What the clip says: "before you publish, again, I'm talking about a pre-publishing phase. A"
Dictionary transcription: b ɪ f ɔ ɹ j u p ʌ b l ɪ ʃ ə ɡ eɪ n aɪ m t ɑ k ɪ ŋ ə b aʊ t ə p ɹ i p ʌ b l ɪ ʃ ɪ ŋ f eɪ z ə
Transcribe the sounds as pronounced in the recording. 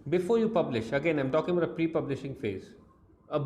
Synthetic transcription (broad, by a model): b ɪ f ɔ ɹ j u p ʌ b l ɪ ʃ ə ɡ eɪ n aɪ m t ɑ k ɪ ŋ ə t ə p ɹ i p ʌ b l ɪ ʃ ɪ ŋ f eɪ z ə